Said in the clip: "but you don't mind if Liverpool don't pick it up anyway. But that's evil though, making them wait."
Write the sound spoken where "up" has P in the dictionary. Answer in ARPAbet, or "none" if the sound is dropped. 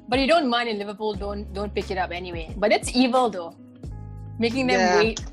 P